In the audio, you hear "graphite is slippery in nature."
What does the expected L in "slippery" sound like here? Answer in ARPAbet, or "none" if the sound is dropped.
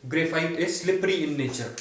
L